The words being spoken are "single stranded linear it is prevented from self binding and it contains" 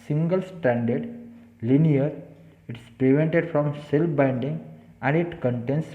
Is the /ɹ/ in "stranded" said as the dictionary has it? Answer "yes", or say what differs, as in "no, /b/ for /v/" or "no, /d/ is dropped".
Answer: no, /ɹ/ is dropped